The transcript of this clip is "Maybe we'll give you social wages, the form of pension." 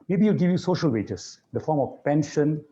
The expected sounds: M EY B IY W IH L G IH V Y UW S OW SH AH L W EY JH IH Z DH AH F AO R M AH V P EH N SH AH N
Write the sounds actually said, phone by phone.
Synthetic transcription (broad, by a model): M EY B IY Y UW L G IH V Y UW S OW SH AH L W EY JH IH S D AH F AO R M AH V P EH N SH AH N